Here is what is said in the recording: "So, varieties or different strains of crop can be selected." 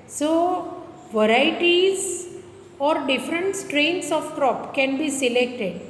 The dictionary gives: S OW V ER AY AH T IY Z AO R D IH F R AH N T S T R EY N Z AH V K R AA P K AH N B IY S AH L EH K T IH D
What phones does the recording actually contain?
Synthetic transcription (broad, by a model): S OW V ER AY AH T IY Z AO R D IH F R AH N T S T R EY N S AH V K R AA P K AH N B IY S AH L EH K T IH D